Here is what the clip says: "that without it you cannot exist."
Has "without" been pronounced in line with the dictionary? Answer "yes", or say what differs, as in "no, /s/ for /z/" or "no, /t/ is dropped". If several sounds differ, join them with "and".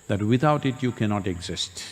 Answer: no, /t/ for /θ/